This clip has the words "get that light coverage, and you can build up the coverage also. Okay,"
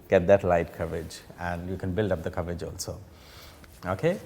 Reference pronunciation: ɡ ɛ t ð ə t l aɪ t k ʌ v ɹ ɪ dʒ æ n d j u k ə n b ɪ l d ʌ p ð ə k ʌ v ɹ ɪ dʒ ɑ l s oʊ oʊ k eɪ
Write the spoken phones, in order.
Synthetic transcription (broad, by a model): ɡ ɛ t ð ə t l aɪ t k ʌ v ɹ ɪ dʒ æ n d j u k ə n b ɪ l d ʌ p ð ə k ʌ v ɹ ɪ dʒ ɑ l s oʊ oʊ k eɪ